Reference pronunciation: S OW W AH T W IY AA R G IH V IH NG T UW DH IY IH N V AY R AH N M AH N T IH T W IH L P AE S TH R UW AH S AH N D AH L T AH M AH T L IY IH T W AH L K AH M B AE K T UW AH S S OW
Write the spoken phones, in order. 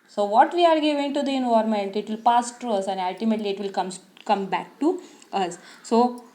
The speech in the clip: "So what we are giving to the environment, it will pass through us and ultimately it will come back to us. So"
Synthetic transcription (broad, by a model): S OW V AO T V IY AA R G IH V IH NG T UW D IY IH N AY AH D M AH N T IH T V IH L P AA S T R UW AH S AH N D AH L T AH M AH T L IY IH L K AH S K AH M B AE K T UW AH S S OW